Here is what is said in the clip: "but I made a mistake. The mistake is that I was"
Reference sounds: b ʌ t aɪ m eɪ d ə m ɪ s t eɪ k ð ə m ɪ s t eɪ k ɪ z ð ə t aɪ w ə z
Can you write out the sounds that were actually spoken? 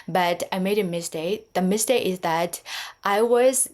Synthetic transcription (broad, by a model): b ʌ t aɪ m eɪ d ə m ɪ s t eɪ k ð ə m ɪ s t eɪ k ɪ z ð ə t aɪ w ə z